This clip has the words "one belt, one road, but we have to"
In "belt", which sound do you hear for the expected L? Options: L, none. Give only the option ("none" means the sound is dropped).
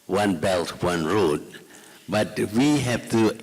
L